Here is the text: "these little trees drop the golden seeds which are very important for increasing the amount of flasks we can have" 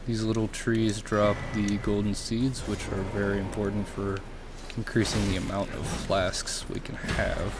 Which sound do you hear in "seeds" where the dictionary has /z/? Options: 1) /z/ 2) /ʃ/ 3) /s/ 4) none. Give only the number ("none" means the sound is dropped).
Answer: 1